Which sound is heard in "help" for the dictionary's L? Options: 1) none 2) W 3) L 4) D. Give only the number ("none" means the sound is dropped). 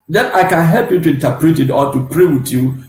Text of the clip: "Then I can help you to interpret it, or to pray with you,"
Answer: 3